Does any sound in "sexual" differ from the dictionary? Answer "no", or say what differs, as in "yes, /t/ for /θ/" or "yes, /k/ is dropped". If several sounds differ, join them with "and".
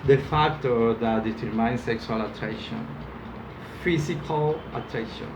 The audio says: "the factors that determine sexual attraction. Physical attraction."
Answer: yes, /s/ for /ʃ/